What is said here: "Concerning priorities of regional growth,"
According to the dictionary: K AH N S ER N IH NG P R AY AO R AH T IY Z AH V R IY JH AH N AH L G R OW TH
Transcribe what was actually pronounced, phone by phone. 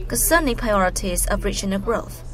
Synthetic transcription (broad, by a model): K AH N S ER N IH P R AY AO R AH T IY Z AH V R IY CH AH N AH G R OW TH